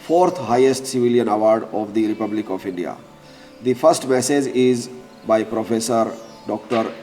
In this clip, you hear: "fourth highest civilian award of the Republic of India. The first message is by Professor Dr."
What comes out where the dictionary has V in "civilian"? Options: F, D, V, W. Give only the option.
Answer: V